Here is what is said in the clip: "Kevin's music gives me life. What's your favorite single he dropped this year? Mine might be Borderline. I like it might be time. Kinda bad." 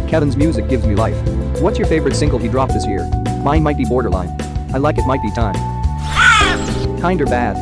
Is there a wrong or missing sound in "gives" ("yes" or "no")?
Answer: no